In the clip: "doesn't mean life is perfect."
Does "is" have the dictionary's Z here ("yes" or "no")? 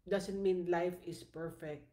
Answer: no